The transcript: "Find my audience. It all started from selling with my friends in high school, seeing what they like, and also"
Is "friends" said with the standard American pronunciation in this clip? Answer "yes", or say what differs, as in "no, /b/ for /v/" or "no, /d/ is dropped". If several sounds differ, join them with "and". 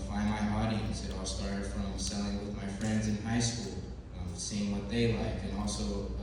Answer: yes